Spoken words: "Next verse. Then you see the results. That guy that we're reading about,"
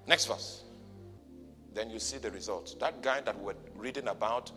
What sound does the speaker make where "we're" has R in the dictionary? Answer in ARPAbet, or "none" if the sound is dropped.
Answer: W